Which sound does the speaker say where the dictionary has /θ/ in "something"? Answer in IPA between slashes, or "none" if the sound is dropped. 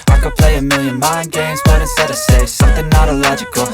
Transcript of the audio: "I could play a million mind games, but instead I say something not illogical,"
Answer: /θ/